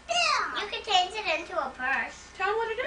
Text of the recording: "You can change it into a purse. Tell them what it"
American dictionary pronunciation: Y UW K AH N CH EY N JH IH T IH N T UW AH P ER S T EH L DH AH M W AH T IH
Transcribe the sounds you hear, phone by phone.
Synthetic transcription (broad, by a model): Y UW K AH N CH EY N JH IH T IH N T UW AH P ER S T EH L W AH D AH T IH